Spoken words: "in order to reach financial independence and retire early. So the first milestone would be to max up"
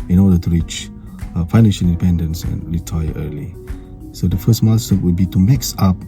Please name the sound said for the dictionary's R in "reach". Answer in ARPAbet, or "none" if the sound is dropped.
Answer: R